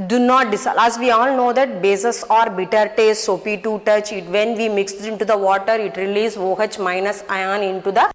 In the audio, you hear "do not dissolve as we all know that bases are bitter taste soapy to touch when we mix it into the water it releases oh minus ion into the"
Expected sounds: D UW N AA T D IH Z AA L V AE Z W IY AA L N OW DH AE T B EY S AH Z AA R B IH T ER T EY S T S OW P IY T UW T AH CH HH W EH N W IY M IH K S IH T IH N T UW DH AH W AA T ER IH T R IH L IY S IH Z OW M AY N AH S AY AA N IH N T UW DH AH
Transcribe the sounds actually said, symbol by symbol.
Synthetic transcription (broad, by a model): D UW N AA T D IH S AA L AE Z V IY AA L N OW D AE T B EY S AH S AA R B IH T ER T EY S T S OW P IY T UW T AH CH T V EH N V IY M IH K S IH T IH N T UW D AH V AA T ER IH T R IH L IY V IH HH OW M AY N AH S AY AA N IH N T UW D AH